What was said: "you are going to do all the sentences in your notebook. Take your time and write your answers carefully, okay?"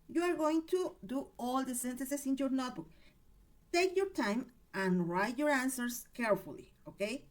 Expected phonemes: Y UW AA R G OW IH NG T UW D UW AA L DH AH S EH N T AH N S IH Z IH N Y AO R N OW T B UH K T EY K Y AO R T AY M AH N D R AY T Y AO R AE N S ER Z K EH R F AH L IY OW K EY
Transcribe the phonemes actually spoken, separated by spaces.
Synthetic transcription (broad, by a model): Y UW AA R G OW IH NG T UW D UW AA L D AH S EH N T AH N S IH S IH N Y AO R N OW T B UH K T EY K Y AO R T AY M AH N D R AY T Y AO R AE N S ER S K EH R F AH L IY OW K EY